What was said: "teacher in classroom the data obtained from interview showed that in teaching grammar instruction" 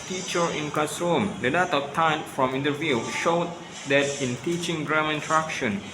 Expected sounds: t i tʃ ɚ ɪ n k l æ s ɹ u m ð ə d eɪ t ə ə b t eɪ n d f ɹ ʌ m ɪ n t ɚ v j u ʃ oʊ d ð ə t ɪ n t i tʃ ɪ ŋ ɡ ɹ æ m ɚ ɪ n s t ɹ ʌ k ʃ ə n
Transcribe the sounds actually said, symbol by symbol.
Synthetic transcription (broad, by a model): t i tʃ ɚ ɪ n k ɑ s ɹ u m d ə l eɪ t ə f t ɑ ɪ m f ɹ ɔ m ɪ n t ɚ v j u ʃ oʊ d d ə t ɪ n t i tʃ ɪ ŋ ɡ ɹ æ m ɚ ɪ n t ɹ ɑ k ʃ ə n